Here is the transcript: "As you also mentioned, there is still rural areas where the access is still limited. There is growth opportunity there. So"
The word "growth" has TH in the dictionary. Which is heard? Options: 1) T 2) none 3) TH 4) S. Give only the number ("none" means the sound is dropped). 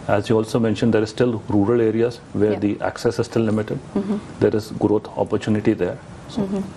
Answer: 1